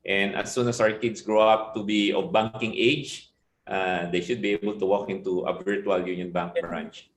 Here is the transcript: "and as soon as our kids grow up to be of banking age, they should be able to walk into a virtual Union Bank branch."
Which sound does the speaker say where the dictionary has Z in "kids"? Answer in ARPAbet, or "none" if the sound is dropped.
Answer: S